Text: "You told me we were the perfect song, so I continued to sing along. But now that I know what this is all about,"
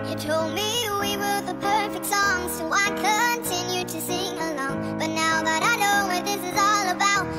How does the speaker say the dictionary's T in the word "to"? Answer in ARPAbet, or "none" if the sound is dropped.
S